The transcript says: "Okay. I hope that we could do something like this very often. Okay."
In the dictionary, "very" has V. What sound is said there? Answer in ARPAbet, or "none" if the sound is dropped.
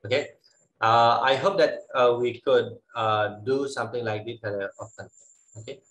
F